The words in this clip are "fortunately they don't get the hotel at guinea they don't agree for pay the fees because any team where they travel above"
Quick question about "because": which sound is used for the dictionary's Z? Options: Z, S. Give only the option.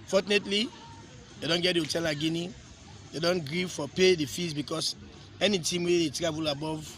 S